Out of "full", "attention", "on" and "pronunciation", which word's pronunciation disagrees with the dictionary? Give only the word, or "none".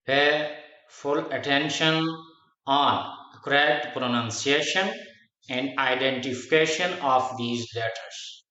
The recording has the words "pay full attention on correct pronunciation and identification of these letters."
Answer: none